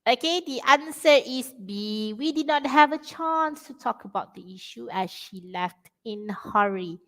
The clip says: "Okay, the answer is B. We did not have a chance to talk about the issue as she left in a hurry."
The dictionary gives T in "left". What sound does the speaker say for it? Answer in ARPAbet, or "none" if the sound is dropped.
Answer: T